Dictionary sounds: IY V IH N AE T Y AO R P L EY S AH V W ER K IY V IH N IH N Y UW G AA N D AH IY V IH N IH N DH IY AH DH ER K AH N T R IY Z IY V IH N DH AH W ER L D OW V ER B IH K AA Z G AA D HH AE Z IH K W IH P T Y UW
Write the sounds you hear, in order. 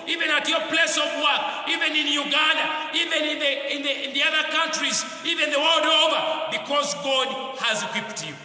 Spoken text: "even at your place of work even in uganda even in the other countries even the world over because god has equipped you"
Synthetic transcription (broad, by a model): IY V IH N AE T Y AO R P L EY S AH V W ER K IY V IH N IH N Y UW G AA N D AH IY V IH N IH N DH IY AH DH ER K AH N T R IY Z IY V IH N DH AH W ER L D OW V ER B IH K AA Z G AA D HH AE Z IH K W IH P T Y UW